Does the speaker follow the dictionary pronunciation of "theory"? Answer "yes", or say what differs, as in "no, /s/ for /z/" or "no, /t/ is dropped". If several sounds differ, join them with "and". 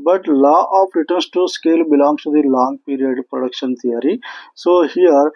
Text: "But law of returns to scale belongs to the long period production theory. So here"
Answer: no, /t/ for /θ/